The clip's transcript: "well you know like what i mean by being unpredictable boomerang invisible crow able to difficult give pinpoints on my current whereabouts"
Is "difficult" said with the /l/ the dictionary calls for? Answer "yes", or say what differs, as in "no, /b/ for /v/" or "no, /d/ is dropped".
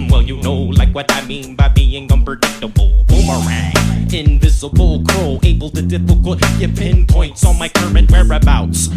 no, /l/ is dropped